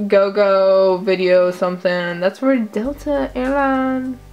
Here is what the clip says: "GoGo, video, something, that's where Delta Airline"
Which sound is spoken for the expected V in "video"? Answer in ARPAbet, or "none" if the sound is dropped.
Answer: V